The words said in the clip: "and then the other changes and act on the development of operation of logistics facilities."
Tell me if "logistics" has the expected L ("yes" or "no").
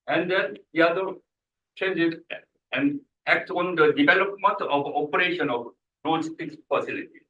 no